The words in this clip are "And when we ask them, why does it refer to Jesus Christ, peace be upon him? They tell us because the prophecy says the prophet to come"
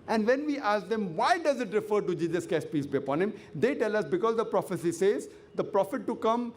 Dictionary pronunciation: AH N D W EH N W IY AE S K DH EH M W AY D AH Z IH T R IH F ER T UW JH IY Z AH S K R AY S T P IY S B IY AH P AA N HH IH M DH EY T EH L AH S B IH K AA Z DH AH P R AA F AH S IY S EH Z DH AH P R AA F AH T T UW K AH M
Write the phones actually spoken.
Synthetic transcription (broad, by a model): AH N D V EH N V IY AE S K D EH M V AY D AH Z IH T R IH F ER T UW JH IY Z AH S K AY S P IY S B IY AH P AA N HH IH M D EY T EH L AH S B IH K AA Z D AH P R AA F AH S IY S EH Z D AH P R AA F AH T T UW K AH M